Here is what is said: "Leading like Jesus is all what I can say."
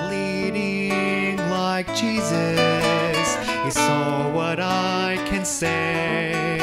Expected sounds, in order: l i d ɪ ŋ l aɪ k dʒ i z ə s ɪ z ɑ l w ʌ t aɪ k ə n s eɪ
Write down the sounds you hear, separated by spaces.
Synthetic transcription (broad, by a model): l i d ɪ ŋ l aɪ k dʒ i z ə s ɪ s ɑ w ʌ t aɪ k ə n s eɪ